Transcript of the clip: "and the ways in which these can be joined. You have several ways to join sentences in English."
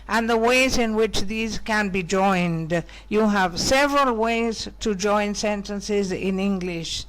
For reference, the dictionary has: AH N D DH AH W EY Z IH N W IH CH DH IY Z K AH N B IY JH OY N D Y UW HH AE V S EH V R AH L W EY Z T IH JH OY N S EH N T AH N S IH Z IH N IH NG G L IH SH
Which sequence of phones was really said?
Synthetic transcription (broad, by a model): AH N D DH AH W EY Z IH N W IH CH DH IY Z K AH N B IY JH OY N D Y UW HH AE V S EH V R AH L W EY Z T IH JH OY N S EH N T AH N S IH Z IH N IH NG G L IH SH